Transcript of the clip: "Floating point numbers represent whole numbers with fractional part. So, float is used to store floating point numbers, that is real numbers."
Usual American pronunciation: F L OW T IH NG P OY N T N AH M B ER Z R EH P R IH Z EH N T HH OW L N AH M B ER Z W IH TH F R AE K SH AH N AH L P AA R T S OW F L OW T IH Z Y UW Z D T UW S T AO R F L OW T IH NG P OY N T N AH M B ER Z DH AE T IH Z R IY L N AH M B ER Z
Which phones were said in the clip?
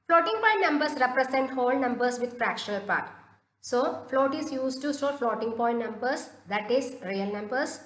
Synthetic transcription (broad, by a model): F L OW T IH NG P OY N T N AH M B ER S R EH P R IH S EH N T HH OW L N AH M B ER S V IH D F R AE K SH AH L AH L P AA R T S OW F L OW T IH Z Y UW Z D T UW S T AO L F L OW T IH NG P OY N T N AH M B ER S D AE T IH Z R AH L N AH M B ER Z